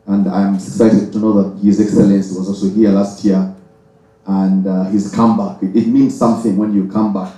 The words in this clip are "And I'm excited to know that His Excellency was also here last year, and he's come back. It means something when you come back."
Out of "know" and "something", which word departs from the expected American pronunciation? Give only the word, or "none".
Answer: none